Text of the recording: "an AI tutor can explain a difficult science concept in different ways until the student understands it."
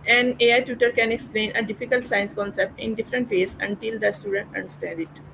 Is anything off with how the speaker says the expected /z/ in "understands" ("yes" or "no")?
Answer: yes